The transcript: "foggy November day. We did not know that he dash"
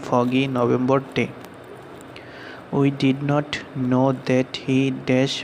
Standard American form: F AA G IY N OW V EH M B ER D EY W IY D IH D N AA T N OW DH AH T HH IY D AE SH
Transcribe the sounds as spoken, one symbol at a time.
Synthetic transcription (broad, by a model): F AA G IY N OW B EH M B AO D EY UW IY D IH D N AA T N OW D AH T HH IY D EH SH